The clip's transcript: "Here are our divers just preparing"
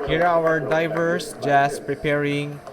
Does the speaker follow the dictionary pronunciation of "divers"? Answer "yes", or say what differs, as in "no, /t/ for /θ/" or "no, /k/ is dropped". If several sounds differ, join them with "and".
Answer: no, /s/ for /z/